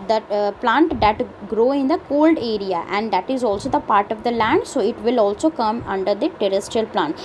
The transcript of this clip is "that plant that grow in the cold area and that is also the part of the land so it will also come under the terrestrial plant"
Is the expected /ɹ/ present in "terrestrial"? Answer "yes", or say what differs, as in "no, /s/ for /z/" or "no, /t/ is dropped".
yes